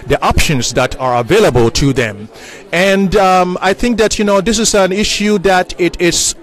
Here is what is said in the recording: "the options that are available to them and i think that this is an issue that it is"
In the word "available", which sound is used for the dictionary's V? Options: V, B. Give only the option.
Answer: V